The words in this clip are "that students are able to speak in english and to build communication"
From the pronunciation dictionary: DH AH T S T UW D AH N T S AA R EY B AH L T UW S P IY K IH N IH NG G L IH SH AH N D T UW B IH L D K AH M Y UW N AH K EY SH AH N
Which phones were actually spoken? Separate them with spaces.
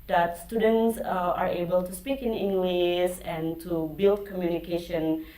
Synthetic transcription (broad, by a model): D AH T S T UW D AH N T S AA R EY B AH L T UW S P IY K IH N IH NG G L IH S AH N T UW B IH L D K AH M Y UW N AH K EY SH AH N